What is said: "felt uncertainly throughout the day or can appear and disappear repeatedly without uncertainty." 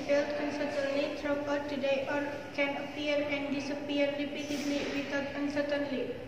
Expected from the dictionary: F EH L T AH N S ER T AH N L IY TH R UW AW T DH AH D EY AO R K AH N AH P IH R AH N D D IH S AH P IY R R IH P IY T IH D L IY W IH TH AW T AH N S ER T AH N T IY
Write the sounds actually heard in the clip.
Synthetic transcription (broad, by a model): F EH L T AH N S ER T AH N L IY T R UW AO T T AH D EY AO R K AH N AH P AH R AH N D D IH S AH P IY R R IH P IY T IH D L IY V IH T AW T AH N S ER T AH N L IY